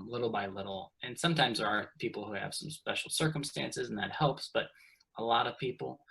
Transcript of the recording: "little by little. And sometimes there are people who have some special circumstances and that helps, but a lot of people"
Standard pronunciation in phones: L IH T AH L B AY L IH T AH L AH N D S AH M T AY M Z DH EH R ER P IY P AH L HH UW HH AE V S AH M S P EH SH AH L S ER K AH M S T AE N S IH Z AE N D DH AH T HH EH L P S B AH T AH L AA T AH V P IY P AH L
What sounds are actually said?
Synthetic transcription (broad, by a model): L IH T L B AY L IH T L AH N S AH M T AY M Z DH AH R ER P IY P L HH UW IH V S AH M S P EH SH L S ER K AH M S T AE N S IH Z N DH AH T HH EH L P S B AH T AH L AA T AH V P IY P L